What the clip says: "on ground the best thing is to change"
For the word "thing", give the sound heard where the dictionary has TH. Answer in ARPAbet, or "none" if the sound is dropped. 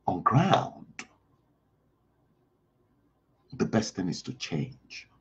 TH